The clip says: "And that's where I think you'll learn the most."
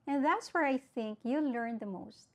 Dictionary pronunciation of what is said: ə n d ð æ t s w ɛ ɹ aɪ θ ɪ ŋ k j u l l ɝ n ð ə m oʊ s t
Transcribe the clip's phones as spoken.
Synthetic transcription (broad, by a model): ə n ð æ t s w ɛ ɹ aɪ θ ɪ ŋ k j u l l ɝ n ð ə m oʊ s t